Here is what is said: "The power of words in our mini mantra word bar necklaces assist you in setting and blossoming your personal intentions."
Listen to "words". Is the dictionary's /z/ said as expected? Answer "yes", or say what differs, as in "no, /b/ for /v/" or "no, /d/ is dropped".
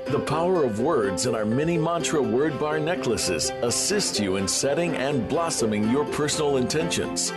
yes